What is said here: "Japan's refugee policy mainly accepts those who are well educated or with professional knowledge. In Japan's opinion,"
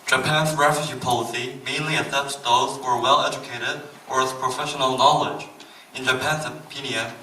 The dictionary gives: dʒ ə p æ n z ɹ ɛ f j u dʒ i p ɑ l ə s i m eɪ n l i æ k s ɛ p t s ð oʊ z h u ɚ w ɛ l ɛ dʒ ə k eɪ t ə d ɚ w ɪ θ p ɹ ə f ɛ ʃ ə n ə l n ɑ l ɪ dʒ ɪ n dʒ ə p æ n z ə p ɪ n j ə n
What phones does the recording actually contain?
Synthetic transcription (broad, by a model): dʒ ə p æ n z ɹ ɛ f j u dʒ i p ɑ l ə s i m eɪ n l i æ s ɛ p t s ð oʊ z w ɚ w ɛ l ɛ dʒ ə k eɪ t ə d ɚ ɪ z p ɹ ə f ɛ ʃ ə n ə l n ɑ l ɪ dʒ ɪ n dʒ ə p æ n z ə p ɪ n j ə n